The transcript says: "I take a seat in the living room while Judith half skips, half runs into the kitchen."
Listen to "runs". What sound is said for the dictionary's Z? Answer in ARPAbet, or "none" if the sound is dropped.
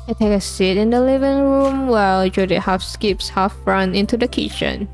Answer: none